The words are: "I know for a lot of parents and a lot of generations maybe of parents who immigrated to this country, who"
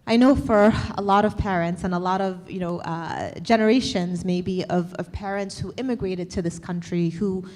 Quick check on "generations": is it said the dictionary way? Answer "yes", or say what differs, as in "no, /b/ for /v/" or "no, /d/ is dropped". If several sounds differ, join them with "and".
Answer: yes